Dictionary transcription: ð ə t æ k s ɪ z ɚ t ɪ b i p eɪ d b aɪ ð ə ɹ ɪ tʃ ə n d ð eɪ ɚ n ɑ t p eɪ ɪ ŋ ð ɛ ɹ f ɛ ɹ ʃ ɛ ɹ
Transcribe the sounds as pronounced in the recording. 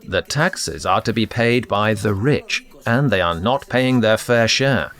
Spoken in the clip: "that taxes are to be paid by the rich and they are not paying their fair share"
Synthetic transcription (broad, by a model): ð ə t æ k s ɪ z ɚ t ɪ b i p eɪ d b aɪ ð ə ɹ ɪ tʃ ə n ð eɪ ɚ n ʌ t p eɪ ɪ ŋ ð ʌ ɹ f ɛ ɹ ʃ ɛ ɹ